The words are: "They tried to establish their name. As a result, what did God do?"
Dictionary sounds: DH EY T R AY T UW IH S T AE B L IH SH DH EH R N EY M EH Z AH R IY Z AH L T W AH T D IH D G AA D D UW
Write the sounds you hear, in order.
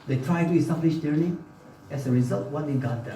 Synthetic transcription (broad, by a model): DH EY T R AY T UW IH S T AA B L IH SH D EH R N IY EH S AH R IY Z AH L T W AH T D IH G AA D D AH